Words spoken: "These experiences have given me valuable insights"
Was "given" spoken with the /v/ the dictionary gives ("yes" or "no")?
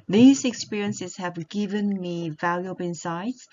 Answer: yes